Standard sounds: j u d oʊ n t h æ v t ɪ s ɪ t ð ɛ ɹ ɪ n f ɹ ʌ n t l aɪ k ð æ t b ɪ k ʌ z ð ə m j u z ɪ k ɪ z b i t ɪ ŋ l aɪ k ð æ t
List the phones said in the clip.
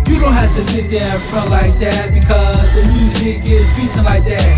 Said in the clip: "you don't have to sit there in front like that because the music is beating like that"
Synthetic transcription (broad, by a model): j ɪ d oʊ n t h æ f t ɪ s ɪ t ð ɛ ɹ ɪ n f ɹ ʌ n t l aɪ k ð æ t b ɪ k ʌ z ð ə m j u z ɪ k ɪ z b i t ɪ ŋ l aɪ k ð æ t